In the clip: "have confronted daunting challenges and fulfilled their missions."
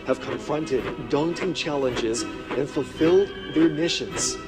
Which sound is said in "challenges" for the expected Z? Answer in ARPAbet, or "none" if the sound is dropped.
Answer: Z